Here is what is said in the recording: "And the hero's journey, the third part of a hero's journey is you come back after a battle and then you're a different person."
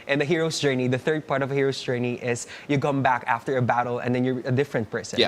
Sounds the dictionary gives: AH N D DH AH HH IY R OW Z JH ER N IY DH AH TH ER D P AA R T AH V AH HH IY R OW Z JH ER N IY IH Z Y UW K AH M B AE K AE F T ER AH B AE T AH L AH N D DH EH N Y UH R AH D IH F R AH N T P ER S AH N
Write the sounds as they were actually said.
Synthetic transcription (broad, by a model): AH N DH AH HH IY R OW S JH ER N IY DH AH TH ER D P AA R T AH V AH HH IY R OW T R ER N IY IH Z Y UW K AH M B AE K AE F T ER AH B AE T L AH N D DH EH N Y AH R AH D IH F R AH N T P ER S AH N